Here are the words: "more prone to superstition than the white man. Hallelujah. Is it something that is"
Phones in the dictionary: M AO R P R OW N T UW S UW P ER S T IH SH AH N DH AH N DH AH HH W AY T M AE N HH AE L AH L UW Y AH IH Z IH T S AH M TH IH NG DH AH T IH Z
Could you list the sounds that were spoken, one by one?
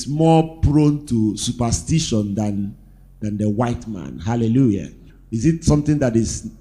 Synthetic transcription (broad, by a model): M AO P R OW N T UW S UW P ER S T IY SH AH N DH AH N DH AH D W AY T M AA N HH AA L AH L UW Y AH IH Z IH T S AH M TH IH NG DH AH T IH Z